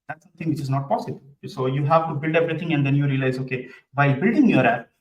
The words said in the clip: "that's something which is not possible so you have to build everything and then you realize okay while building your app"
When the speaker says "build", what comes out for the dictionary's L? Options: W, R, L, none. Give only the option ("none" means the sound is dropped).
L